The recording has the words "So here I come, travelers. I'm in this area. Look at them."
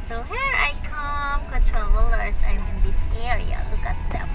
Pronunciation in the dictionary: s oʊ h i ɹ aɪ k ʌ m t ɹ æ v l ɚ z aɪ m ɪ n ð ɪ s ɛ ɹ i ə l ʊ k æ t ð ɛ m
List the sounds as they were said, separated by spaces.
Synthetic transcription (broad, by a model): s oʊ h i ɹ aɪ k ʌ m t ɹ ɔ l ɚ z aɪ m ɪ n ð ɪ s ɛ ɹ i ə l ʊ k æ t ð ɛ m